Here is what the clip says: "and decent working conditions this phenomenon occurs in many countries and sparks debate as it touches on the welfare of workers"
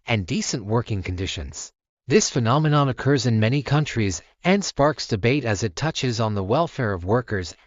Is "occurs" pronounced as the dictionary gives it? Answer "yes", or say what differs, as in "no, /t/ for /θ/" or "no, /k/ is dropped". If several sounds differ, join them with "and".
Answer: yes